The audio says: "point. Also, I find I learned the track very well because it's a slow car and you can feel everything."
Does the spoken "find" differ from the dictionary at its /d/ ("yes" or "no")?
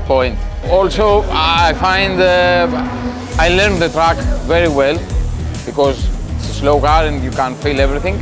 no